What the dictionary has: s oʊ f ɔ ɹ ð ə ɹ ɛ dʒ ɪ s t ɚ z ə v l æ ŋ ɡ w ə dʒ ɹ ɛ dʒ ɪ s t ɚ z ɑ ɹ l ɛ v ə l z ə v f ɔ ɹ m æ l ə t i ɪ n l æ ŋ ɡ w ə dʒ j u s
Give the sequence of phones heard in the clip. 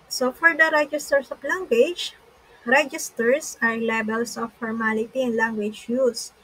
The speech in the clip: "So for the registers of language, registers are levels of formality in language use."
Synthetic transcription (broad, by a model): s oʊ f ɔ ɹ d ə ɹ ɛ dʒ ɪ s t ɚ s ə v l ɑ ŋ ɡ w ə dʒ ɹ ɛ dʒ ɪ s t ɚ s ɑ ɹ l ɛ b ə l s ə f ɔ ɹ m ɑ l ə t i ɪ n l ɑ ŋ ɡ w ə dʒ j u s